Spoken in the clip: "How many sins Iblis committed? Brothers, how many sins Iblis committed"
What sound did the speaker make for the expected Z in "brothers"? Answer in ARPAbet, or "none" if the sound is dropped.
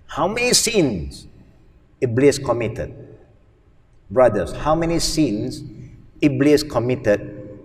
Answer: S